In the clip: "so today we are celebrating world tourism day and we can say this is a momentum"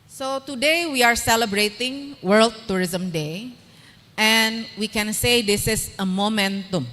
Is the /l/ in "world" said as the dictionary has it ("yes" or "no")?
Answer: yes